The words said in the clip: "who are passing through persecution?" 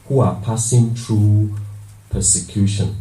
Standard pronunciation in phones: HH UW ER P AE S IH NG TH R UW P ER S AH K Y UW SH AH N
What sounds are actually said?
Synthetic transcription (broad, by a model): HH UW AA P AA S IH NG T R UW P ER S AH K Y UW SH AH N